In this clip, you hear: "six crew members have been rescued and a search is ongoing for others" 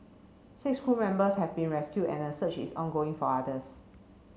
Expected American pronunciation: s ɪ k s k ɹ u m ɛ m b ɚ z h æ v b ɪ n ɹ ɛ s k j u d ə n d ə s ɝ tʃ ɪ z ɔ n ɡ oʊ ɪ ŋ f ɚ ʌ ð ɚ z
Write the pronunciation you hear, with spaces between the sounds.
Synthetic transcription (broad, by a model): s ɪ k s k u m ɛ m b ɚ s h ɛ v b ɪ n ɹ ɛ s k j u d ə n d ə s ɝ tʃ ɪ s ɔ n ɡ oʊ ɪ ŋ f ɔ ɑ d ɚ s